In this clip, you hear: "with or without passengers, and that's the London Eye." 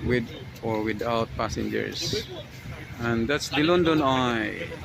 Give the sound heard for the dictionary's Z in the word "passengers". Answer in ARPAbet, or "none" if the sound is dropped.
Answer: S